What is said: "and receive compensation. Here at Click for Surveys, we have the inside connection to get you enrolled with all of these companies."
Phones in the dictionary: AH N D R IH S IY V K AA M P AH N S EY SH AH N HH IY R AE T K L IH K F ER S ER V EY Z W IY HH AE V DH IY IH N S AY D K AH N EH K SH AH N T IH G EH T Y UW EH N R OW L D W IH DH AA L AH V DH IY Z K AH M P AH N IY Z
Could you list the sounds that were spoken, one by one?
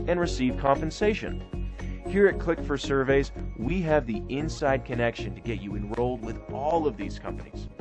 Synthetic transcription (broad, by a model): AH N R IH S IY V K AA M P AH N S EY SH AH N HH IY R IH T K L IH K F ER S ER V EY Z W IY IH V DH IY IH N S AY D K AH N EH K SH AH N T IH G EH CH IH EH N R OW L D W IH DH AA L AH V DH IY Z K AH M P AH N IY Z